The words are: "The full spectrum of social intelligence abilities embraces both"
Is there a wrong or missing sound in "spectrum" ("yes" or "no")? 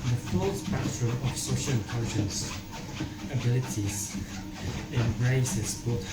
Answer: yes